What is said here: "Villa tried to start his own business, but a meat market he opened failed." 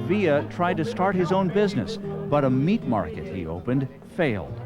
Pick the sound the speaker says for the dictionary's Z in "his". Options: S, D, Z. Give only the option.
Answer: Z